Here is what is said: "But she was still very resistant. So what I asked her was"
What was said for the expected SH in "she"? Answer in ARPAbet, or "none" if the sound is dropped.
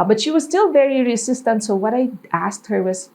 SH